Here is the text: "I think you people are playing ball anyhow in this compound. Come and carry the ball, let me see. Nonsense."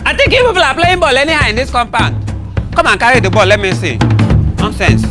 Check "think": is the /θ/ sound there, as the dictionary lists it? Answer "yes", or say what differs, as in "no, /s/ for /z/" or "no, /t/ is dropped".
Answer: no, /t/ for /θ/